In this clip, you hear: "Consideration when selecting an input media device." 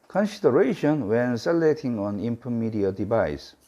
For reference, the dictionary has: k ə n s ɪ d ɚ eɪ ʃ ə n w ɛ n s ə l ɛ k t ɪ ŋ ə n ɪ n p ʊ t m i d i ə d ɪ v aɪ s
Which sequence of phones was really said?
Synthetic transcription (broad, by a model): k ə n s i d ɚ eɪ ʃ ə n w ɛ n s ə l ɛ t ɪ ŋ ə n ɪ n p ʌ m i d i ə d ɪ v aɪ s